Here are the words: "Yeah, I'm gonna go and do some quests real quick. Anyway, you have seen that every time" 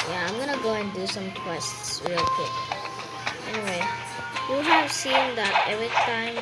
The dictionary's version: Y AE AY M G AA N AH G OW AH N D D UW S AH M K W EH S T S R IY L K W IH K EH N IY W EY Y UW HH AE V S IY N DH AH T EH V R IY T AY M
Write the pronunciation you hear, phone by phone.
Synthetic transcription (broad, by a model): Y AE AY M G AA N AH G OW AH N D D UW S AH M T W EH S T S W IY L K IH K EH N IY W EY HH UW HH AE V S IY N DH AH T EH V R IY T AY M